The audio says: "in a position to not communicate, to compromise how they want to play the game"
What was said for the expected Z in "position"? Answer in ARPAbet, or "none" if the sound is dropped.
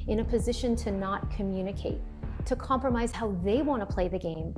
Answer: Z